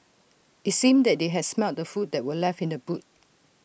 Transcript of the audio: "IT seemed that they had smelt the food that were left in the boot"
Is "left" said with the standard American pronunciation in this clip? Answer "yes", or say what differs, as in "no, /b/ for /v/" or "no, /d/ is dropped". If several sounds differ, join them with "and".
no, /t/ is dropped